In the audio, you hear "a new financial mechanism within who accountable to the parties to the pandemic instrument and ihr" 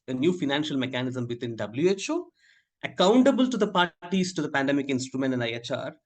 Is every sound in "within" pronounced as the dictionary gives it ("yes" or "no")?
no